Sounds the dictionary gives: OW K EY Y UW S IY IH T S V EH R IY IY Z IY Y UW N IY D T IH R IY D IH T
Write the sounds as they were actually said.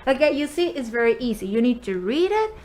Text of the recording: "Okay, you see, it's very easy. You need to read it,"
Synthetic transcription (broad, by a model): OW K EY Y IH S IY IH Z V EH R IY IY Z IY Y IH N IY D T IH R IY D IH T